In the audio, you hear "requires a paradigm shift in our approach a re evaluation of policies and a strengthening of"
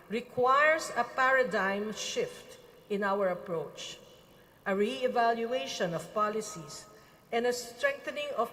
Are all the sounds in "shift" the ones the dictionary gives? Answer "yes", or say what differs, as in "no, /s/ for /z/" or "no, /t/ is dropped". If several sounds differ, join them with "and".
yes